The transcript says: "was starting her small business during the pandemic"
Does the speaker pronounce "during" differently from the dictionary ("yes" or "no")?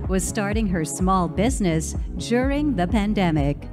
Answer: no